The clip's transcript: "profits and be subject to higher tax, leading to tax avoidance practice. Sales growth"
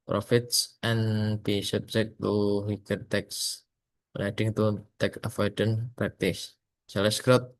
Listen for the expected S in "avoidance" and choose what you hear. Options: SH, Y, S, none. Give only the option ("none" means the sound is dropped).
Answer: none